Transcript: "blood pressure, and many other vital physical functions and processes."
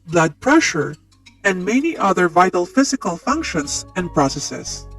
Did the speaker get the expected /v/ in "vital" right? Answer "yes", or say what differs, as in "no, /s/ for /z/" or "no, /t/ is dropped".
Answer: yes